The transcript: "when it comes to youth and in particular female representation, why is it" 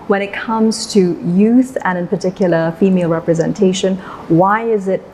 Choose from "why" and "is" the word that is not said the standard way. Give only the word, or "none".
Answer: none